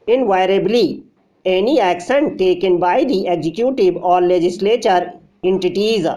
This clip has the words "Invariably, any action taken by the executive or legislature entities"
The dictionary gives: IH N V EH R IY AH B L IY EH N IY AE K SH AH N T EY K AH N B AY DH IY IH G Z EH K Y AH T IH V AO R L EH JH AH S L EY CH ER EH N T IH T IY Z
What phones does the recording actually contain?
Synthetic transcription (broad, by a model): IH N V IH R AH B L IY EH N IY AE K S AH N T EY K AH N B AY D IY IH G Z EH K Y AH T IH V AO R L EH JH AH S L EY CH ER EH N T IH T IY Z